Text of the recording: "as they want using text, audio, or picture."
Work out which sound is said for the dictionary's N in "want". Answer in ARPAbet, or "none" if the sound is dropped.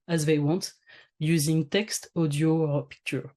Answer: N